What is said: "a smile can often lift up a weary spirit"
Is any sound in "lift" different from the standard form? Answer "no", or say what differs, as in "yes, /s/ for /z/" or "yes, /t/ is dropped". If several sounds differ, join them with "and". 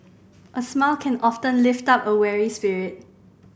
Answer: no